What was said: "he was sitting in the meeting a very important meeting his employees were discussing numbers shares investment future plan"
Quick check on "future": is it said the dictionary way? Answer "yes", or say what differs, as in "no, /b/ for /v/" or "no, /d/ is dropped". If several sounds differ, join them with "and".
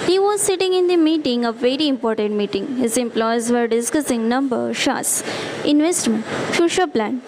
no, /ʃ/ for /tʃ/